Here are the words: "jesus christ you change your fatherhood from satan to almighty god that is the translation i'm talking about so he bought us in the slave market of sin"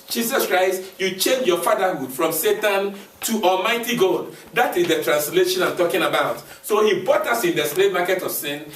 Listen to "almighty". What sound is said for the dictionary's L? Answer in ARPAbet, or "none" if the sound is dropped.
L